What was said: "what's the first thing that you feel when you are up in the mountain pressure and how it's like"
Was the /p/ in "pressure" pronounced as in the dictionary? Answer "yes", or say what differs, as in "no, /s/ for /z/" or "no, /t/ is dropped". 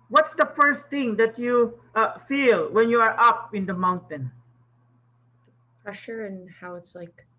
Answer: yes